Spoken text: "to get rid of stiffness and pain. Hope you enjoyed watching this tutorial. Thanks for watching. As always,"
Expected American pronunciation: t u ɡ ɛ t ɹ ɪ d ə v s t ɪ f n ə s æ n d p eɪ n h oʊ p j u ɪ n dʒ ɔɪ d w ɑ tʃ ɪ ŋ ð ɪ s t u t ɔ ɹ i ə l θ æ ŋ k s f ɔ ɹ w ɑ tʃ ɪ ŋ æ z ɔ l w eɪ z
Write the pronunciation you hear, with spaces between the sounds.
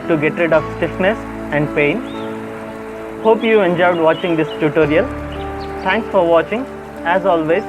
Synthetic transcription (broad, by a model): t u ɡ ɛ t ɹ ɪ d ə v s t ɪ f n ə s æ n d p eɪ n h oʊ p j u ɪ n dʒ ɔɪ d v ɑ tʃ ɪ ŋ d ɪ s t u t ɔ ɹ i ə l t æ ŋ k s f ɔ ɹ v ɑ tʃ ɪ ŋ æ z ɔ l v eɪ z